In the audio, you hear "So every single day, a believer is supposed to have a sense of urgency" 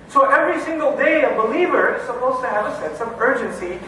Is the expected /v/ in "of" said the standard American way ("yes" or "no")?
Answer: yes